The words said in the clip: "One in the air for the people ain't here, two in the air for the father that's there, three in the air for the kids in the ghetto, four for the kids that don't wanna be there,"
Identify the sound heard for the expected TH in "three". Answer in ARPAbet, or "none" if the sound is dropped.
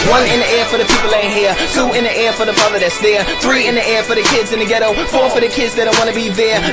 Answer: TH